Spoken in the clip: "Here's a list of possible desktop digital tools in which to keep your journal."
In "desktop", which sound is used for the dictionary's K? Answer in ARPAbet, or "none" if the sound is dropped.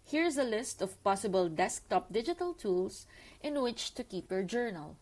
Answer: K